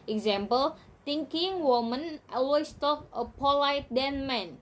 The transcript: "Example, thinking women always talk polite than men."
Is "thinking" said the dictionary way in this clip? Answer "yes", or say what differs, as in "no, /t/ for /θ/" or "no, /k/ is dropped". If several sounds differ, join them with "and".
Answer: no, /t/ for /θ/